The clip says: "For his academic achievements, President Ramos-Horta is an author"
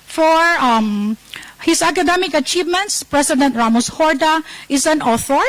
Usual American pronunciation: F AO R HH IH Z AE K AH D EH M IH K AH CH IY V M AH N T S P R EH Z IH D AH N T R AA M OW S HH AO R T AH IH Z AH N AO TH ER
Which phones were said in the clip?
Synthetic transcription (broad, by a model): F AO R HH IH S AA K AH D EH M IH K AH CH IY V M AH N T S P R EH S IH D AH N T R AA M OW S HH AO R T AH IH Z AH N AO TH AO